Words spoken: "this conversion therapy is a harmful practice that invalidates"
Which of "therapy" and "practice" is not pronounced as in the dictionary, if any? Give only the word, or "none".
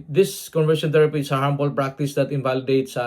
therapy